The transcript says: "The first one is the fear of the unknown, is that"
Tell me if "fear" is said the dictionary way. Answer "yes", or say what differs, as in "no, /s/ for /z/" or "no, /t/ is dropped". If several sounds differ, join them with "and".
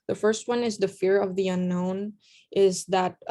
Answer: yes